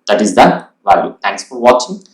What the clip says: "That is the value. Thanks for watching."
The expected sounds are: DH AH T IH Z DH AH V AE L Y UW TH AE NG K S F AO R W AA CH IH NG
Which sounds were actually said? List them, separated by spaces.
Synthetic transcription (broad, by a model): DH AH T IH Z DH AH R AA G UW T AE NG K S F AO R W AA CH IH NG